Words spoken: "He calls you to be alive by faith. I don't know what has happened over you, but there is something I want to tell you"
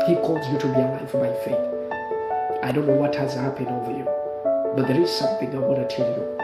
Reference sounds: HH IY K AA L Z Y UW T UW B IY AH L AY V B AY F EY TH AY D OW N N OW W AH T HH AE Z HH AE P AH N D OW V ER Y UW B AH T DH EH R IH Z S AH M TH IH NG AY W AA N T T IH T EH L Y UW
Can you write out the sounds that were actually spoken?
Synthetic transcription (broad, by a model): HH IY K AA L Z Y UW T UW B IY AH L AY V B AY F EY TH AY D OW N N OW W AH T HH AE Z HH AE P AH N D OW V ER Y UW B AH T DH EH R IH Z S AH M TH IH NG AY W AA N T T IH T EH L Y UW